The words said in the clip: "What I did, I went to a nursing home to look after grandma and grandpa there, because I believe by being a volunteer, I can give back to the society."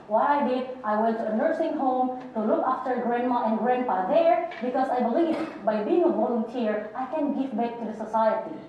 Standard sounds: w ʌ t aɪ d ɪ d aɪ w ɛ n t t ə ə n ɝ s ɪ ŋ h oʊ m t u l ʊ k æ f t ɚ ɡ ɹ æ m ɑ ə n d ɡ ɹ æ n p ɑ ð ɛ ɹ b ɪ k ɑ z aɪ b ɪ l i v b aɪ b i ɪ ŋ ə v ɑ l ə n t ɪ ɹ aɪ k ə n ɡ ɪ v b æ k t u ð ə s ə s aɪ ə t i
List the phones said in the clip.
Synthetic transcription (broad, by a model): w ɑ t aɪ d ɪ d aɪ w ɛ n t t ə ə n ɝ s ɪ ŋ h oʊ m t u l ʊ k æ f t ɚ ɡ ɹ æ m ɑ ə n ɡ ɹ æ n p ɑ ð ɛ ɹ b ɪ k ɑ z aɪ b ɪ l i v b aɪ b i ɪ ŋ ə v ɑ l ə n t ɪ ɹ aɪ k ə n ɡ ɪ v b æ k t u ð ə s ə s aɪ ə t i